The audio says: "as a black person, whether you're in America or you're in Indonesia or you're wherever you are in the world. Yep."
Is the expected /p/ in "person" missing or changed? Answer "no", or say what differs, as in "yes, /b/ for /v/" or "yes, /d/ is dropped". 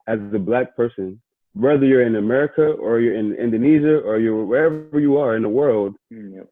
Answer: no